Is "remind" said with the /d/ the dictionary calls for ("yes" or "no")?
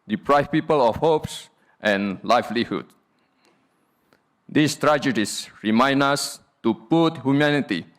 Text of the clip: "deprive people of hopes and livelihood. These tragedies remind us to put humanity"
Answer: no